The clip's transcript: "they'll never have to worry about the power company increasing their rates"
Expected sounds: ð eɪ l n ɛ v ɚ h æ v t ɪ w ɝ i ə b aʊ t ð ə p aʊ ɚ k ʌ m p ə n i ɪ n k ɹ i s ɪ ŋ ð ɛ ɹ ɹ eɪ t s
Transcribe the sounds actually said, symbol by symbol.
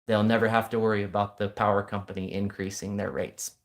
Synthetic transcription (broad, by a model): ð eɪ l n ɛ v ɚ h æ f t ɪ w ɝ i ə b aʊ t ð ə p aʊ ɚ k ʌ m p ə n i ɪ n k ɹ i s ɪ ŋ ð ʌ ɹ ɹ eɪ t s